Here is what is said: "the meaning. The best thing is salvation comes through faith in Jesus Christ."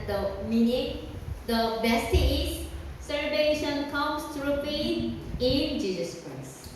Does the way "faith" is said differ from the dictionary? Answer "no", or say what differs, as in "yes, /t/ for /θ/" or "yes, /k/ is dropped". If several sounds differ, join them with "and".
yes, /p/ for /f/